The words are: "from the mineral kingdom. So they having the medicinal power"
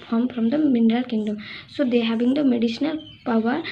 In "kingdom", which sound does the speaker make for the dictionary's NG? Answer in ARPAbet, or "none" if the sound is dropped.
NG